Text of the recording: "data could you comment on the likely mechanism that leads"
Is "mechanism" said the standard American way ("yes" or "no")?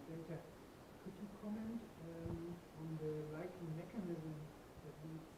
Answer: yes